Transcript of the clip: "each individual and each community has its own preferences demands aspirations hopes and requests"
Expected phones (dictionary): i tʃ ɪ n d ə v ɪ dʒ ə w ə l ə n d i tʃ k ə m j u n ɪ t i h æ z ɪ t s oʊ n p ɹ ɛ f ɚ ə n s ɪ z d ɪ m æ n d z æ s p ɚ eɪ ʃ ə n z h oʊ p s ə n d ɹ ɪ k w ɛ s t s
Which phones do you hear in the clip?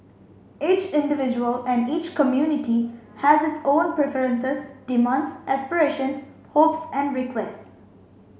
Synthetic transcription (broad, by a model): i tʃ ɪ n d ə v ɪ dʒ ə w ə l ə n d i tʃ k ə m j u n ɪ t i h æ z ɪ t s oʊ n p ɹ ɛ f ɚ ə n s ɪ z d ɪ m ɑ n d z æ s p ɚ eɪ ʃ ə n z h oʊ p s ə n d ɹ ɪ k w ɛ s t s